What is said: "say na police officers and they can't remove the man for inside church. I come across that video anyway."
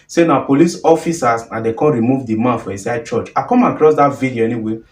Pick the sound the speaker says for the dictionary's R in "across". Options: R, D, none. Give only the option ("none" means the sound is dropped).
R